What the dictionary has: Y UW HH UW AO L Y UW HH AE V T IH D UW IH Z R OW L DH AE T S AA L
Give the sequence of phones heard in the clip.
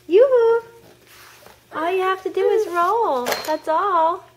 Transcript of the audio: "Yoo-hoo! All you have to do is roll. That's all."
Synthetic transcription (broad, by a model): Y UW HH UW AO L Y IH HH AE F T IH D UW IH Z R OW L DH AE T S AA L